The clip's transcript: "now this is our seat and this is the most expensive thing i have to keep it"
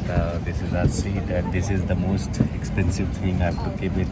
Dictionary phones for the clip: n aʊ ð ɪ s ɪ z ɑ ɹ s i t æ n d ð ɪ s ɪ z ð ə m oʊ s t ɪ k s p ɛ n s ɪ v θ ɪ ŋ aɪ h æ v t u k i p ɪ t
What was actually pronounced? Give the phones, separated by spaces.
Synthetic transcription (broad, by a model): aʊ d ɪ s ɪ z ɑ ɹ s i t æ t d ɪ s ɪ z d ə m oʊ s t ɪ k s p ɛ n s ɪ v t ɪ ŋ aɪ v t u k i b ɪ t